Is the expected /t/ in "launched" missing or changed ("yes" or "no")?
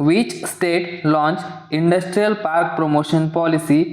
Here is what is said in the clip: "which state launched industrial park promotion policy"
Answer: yes